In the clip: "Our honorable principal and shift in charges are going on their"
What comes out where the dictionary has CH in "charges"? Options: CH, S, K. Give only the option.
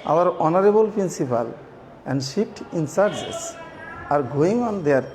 S